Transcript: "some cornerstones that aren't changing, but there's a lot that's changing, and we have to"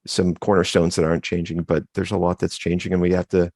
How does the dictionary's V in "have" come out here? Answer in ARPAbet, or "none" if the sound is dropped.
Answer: F